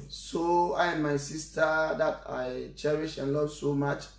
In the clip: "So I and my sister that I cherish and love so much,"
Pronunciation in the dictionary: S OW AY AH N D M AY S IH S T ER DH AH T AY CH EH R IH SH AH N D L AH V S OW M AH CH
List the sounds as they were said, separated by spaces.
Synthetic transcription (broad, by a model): S OW AY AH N M AY S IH S T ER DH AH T AY CH EH R IH SH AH N L AH V S OW M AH CH